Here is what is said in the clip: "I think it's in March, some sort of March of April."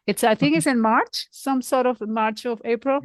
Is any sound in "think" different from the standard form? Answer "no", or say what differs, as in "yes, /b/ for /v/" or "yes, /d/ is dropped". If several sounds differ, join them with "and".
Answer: yes, /t/ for /θ/